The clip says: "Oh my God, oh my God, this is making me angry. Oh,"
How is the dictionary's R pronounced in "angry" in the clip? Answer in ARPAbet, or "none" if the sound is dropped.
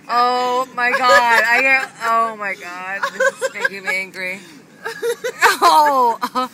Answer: R